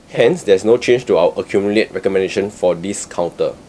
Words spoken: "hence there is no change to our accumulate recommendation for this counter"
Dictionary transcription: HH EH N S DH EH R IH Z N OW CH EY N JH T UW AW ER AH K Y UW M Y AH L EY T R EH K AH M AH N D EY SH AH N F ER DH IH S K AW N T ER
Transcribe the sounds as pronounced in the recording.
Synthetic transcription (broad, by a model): HH EH N S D EH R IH S N OW CH EY N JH T UW AW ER AH K Y UW M Y AH L EY T R EH K AH M AH N D EY SH AH N F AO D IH S K AW N T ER